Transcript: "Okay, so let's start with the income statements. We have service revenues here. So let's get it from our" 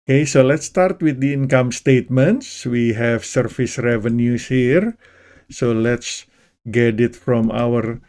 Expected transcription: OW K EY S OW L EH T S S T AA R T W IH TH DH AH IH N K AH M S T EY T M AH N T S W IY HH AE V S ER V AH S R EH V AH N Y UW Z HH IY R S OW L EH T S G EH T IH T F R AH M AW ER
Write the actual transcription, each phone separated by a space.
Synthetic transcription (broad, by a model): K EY S OW L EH T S S T AA R T W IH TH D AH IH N K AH M S T EY T M AH N T S W IY HH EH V S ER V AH S R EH V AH N Y UW S HH IY R S OW L EH T S G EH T IH T F R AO M AW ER